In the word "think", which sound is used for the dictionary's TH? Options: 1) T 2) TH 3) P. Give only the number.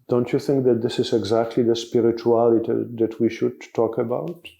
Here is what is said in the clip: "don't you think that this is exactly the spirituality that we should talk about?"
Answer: 2